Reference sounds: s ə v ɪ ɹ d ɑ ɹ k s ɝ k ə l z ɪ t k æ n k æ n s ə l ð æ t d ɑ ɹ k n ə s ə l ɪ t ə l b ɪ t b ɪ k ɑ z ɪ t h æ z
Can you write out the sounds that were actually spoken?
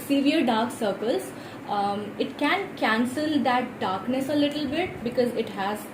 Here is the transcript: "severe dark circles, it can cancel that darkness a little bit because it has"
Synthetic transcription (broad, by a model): s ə v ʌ ɹ d ɑ ɹ k s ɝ k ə l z ɪ t k æ n k æ n s ə l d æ t d ɑ ɹ k n ə s ə l ɪ t ə l b ɪ t b ɪ k ɑ z ɪ t h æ z